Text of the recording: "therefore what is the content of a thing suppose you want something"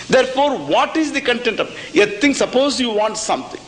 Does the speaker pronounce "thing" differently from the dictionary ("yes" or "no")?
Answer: yes